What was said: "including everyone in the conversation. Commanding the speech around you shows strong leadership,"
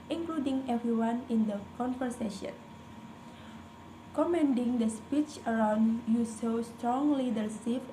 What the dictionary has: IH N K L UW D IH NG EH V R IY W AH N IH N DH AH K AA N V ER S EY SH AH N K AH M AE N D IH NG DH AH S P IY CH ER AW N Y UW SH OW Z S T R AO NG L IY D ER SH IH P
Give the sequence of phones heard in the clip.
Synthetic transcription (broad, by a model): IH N K L UW D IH NG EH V R IY W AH N IH N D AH K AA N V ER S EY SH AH N K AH M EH N D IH NG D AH S P IY CH ER AW N Y UW S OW S T R AO NG L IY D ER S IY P